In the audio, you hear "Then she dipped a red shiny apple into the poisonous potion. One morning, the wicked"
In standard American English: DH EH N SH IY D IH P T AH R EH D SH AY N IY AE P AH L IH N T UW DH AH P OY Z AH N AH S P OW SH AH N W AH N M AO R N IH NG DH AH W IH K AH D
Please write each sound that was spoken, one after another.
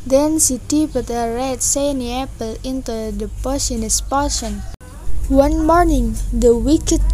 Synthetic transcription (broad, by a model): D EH N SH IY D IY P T AH R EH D S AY N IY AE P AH L IH N T UW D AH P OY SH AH N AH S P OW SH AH N W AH N M AO R N IH NG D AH W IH K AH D